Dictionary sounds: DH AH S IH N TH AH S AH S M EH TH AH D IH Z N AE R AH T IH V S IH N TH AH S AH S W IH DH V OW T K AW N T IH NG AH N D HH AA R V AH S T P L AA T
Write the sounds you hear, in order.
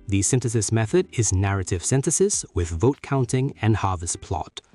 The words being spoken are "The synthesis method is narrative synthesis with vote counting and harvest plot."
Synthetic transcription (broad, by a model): DH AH S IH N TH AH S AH S M EH TH AH D IH Z N AE R AH T IH V S IH N TH AH S AH S W IH DH V OW T K AW N T IH NG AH N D HH AA R V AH S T P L AA T